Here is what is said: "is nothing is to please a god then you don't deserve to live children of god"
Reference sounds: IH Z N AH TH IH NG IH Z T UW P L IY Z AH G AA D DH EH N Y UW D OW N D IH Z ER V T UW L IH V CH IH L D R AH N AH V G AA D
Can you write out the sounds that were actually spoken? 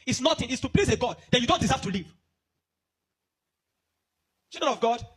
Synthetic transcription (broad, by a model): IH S N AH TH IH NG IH S T UW P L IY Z AH G AA D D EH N Y UW D OW N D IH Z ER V T UW L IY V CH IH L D AH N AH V G AA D